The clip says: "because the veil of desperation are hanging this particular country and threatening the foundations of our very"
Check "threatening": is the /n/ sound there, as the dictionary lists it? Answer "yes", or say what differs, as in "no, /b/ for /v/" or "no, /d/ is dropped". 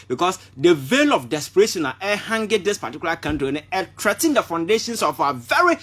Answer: no, /n/ is dropped